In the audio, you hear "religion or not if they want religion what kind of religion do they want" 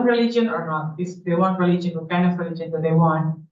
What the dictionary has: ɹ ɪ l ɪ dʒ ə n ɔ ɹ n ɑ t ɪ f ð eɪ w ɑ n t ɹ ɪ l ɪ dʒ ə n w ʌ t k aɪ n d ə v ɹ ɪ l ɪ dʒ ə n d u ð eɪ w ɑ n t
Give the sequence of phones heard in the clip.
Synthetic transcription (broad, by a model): ɹ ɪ l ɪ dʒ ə n ɔ ɹ n ɑ t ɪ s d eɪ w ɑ n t ɹ ɪ l ɪ dʒ ə n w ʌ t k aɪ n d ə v ɹ ɪ l ɪ dʒ ə n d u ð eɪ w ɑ n t